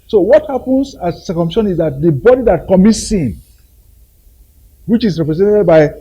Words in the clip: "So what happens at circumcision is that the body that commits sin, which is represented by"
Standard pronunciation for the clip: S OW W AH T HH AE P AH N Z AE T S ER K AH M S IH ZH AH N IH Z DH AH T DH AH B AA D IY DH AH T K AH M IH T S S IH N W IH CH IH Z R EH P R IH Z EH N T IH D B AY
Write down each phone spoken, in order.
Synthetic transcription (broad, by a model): S OW W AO T HH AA P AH N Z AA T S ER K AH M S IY SH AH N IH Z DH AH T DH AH B AA D IY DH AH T K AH M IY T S S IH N W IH CH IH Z R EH P R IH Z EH N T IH D B AY